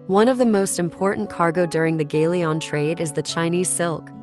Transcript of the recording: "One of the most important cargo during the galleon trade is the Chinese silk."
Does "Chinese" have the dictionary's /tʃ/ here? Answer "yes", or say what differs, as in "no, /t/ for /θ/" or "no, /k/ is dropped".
yes